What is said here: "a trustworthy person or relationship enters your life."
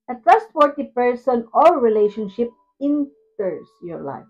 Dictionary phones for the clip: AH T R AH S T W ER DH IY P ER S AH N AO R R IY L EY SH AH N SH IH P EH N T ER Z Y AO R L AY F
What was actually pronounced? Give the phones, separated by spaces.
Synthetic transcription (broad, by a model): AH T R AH S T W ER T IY P ER S AH N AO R R IY L EY SH AH N SH IH P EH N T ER S Y AO R L AY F